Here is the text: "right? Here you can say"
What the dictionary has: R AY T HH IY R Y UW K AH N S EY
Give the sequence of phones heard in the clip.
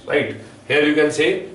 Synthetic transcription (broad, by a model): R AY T HH IY R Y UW K AH N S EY